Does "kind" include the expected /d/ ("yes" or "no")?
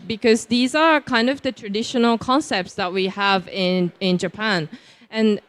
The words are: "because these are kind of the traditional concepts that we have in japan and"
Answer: yes